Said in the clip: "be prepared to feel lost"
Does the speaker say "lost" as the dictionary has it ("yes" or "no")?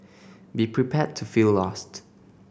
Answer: yes